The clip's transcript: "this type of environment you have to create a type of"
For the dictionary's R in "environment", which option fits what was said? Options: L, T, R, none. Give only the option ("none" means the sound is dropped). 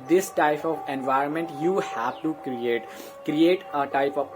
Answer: R